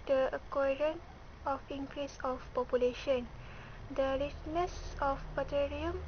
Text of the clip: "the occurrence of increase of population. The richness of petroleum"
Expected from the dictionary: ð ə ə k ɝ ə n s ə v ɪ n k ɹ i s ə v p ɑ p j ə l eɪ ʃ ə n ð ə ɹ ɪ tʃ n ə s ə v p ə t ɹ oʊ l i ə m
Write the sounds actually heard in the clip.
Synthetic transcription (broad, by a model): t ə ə k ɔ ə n ə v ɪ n k ɹ i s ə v p ɑ p j ə l eɪ ʃ ə n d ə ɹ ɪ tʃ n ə s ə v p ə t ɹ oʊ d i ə m